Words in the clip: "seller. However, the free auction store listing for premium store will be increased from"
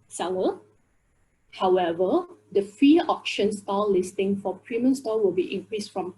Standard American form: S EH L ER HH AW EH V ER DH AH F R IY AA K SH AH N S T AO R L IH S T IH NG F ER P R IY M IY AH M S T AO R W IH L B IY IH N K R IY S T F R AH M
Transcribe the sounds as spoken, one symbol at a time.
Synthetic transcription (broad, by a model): S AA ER HH AW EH V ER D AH F IY AA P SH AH N S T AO L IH S T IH NG F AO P R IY M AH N S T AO W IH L B IY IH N K R IY S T F R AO M